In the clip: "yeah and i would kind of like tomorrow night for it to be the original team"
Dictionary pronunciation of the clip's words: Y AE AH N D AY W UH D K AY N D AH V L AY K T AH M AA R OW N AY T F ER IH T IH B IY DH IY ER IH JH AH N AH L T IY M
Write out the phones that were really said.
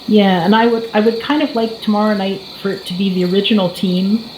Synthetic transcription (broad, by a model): Y AE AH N D AY W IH D K AY N D AH V L AY K T AH M AA R OW N AY T F ER T IH B IY DH IY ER IH JH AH N L T IY M